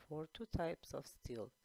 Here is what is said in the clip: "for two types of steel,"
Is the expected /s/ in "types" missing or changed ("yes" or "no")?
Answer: no